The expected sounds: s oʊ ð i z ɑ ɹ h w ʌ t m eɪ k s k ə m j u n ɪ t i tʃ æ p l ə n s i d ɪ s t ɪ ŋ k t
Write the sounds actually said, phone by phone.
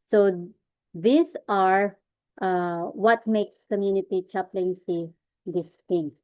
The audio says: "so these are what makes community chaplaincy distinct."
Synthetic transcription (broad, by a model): s oʊ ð i s ɑ ɹ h w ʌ t m eɪ k s k ə m j u n ɪ t i tʃ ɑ p l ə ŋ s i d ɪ s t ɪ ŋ